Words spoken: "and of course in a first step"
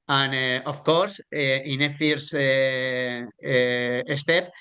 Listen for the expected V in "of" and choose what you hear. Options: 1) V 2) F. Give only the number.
2